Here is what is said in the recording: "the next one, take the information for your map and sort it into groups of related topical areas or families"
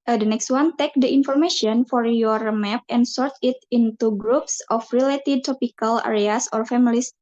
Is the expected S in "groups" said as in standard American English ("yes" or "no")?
yes